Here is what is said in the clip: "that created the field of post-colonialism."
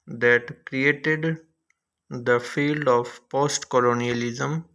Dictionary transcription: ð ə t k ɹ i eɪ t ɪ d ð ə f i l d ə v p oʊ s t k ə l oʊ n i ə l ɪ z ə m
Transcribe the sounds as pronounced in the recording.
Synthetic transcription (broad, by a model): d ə t k ɹ i eɪ t ɪ d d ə f i l d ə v p oʊ s t k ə l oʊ n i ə l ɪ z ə m